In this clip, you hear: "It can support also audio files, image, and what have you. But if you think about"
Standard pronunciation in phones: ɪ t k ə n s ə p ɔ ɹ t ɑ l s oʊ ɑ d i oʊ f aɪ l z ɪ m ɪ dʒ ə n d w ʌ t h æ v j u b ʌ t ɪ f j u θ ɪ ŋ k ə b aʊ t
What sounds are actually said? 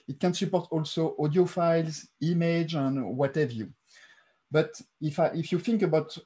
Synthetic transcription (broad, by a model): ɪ t k ə n s ə p ɔ ɹ t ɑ l s oʊ ɑ d i oʊ f aɪ l z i m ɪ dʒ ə n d w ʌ t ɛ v j u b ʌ t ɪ f j u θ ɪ ŋ k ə b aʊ t